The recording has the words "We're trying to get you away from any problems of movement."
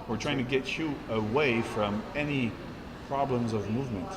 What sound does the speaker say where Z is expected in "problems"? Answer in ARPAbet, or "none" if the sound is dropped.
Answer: Z